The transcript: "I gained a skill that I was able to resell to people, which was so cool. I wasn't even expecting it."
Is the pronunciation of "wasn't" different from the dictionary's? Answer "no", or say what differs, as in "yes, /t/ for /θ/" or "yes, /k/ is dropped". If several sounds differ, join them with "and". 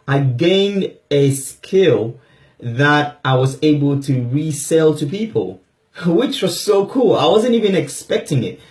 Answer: no